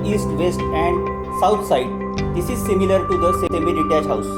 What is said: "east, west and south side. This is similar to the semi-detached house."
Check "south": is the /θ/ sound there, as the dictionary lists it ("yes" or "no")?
no